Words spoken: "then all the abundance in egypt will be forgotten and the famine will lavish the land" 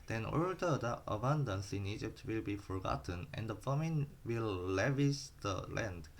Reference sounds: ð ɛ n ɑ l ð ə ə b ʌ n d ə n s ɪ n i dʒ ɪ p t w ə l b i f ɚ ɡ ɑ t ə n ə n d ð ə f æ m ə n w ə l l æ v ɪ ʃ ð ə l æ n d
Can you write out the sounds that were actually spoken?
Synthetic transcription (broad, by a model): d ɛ n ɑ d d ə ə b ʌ n d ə n s ɪ n i dʒ ɪ p t w ə l b i f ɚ ɡ ɑ t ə n ə n d ə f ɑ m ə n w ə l l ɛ v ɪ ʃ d ə l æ n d